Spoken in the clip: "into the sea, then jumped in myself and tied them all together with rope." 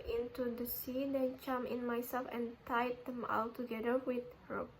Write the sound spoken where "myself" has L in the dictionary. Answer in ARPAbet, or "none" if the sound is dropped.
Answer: L